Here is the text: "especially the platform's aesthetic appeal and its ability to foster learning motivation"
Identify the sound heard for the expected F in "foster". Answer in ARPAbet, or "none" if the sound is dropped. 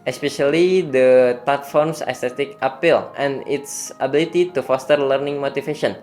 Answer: F